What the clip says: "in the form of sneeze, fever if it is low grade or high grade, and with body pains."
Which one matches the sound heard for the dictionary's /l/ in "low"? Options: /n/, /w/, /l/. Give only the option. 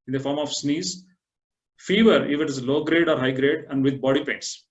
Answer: /l/